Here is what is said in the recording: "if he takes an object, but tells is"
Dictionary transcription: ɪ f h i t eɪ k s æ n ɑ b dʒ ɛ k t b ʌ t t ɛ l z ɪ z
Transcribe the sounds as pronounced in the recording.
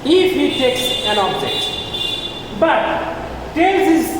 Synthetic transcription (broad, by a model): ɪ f h i t eɪ k s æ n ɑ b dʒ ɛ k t b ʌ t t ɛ z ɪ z